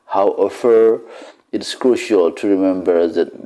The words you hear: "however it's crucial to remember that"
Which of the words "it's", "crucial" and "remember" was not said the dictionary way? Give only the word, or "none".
none